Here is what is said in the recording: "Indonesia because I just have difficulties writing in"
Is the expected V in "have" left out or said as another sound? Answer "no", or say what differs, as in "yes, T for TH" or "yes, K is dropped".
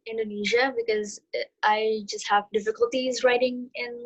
no